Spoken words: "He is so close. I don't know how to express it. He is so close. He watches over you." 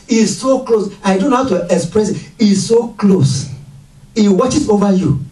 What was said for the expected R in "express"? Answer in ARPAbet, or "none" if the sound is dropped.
R